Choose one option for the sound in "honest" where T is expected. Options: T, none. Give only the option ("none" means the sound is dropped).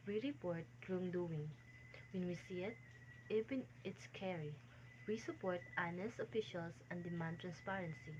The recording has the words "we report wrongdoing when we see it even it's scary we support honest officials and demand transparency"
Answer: none